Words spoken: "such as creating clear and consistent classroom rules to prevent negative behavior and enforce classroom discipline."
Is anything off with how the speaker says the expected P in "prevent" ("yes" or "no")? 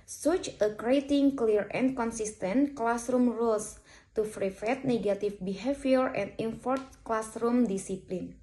yes